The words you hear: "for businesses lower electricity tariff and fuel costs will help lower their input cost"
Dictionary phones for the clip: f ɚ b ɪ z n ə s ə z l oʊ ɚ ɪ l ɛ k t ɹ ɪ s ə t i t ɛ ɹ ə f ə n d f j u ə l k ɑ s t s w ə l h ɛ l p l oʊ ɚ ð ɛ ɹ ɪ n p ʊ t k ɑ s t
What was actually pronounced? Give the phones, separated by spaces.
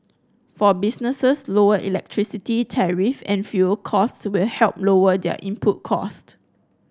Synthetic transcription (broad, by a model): f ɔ b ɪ s n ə s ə s l oʊ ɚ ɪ l ɛ k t ɹ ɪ s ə t i t ɛ ɹ ə f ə n f j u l k ɑ s t s w ə l h ɛ l p l oʊ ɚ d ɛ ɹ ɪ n p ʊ t k ɑ s t